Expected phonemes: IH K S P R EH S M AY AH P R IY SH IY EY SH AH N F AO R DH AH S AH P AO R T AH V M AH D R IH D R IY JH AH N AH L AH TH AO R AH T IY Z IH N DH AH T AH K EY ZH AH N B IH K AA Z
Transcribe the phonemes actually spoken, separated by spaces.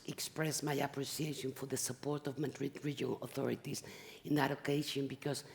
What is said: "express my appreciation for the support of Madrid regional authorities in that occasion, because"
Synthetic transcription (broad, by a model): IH K S P R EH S M AY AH P R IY S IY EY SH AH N F AO R DH AH S AH P AO R T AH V M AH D R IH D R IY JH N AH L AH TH AO R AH T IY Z IH N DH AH T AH K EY SH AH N B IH K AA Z